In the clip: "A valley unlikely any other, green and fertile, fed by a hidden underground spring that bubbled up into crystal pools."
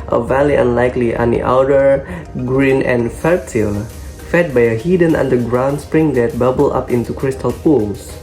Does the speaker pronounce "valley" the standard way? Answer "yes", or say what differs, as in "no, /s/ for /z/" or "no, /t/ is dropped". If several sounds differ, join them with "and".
yes